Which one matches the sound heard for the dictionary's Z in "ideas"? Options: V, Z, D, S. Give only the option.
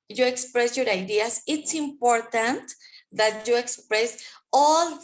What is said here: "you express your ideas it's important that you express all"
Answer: S